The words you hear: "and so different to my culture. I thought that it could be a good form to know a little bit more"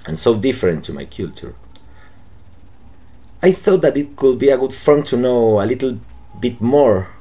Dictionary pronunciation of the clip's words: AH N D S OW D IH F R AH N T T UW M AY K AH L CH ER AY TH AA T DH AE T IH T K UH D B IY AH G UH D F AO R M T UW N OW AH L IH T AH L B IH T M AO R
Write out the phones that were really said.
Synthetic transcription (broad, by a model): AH N S OW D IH F R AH N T T UW M AY K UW L CH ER AY TH AA T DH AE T IH T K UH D B IY AH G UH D F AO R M T UW N OW AH L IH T L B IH T M AO R